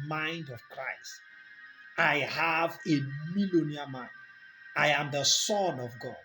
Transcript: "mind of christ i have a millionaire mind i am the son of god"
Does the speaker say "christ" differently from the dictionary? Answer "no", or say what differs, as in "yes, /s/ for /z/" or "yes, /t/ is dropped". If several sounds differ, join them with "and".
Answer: no